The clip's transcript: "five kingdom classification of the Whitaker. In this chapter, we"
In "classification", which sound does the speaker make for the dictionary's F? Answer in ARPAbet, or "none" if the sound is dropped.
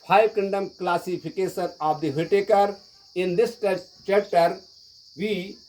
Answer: P